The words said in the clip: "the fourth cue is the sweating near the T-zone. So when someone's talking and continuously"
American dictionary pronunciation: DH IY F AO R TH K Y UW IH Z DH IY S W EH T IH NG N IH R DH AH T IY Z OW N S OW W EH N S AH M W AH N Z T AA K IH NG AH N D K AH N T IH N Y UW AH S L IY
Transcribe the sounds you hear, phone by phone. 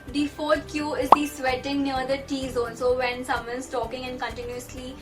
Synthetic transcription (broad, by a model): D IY F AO R T K Y UW IH Z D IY S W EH T IH NG N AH R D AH T IY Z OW L S OW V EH N S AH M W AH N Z T AA K IH NG AH N D K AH N T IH N Y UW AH S L IY